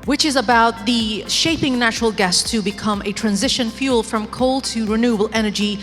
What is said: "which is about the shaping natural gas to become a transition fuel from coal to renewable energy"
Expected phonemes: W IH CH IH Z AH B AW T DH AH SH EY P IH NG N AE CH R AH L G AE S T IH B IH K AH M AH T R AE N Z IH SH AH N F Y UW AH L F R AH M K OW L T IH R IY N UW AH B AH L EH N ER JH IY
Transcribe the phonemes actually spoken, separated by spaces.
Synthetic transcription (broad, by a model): W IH CH IH Z AH B AW T DH AH SH EY P IH NG N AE CH R L G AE S T IH B IH K AH M AH T R AE N Z IH SH AH N F Y UW L F R AH M K OW L T IH R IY N UW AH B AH L EH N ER JH IY